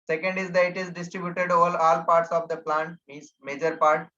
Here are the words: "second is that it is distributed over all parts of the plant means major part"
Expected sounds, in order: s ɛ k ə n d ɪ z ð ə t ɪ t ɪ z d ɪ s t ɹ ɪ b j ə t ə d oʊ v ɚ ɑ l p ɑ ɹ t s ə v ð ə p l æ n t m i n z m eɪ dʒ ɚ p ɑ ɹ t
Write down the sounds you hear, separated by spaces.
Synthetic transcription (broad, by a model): s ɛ k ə n d ɪ z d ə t ɪ t ɪ z d ɪ s t ɹ ɪ b j ə t ə d oʊ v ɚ ɑ l p ɑ ɹ t s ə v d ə p l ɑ n t m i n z m eɪ dʒ ɚ p ɑ ɹ t